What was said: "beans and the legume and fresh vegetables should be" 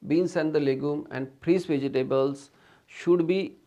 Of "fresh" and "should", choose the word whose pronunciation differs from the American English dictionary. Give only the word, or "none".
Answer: fresh